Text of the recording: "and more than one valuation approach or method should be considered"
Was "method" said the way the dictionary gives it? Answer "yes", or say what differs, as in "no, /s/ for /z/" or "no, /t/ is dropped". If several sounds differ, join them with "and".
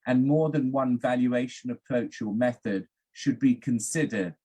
yes